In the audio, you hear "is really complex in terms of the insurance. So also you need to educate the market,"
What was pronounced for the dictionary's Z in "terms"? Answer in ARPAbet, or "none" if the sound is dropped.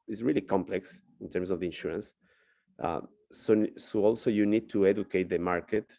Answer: S